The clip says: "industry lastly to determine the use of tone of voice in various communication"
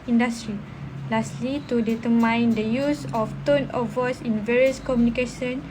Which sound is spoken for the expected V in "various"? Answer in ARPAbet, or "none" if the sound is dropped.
V